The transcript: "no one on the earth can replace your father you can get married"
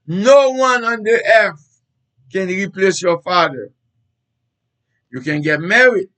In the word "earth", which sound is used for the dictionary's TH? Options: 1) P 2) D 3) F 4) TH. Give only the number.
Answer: 3